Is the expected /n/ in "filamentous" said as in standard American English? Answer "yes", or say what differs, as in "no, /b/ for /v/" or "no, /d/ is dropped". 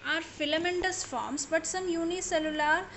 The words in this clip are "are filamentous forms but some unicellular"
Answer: yes